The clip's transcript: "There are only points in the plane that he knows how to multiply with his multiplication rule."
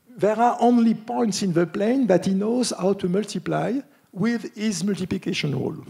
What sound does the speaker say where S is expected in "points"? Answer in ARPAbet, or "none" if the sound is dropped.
S